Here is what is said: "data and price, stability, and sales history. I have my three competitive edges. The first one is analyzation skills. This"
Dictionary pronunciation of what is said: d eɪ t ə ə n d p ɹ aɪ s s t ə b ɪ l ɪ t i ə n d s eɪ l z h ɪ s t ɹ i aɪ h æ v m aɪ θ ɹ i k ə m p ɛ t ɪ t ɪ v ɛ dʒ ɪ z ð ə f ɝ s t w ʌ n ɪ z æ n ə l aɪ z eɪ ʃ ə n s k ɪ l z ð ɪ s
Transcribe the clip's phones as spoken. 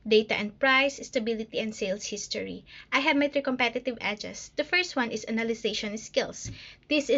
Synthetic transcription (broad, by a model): d eɪ t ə ə n d p ɹ aɪ s s t ə b ɪ l ɪ t i ə n d s eɪ l s h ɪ s t ɹ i aɪ h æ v m aɪ t ɹ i k ə m p ɛ t ɪ t ɪ v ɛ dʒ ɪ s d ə f ɝ s t w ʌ n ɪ s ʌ n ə l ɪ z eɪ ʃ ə n s k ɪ l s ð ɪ s